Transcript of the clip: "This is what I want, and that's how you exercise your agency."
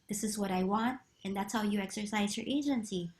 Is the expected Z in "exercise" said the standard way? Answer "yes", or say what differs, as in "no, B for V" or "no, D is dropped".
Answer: yes